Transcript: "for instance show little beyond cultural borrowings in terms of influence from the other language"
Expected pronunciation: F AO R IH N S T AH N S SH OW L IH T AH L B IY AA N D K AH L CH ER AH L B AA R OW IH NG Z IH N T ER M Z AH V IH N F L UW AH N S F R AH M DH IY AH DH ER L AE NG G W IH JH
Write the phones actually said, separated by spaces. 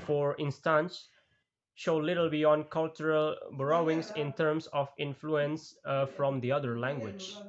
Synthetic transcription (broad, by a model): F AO R IH N S T AH N S SH OW L IH T AH L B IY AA N D K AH L CH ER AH L B R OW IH NG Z IH N T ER M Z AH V IH N F L UW AH N S F R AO M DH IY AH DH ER L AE NG G W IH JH